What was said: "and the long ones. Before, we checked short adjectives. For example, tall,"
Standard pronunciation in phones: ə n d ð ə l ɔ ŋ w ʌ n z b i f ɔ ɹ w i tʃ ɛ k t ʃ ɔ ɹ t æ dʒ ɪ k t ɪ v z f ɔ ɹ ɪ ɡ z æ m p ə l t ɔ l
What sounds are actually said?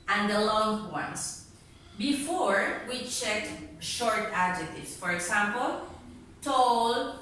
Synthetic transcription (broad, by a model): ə n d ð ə l ɔ ŋ w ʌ n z b i f ɔ ɹ w i tʃ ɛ k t ʃ ɔ ɹ t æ dʒ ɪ k t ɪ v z f ɔ ɹ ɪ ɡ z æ m p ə l t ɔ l